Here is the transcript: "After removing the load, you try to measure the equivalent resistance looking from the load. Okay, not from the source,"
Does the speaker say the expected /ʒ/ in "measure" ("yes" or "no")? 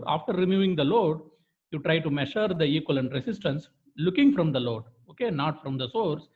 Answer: no